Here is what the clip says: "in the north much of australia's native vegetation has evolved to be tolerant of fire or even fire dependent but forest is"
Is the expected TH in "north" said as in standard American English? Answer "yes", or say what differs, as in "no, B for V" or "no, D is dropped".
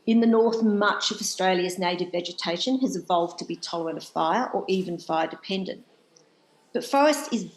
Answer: yes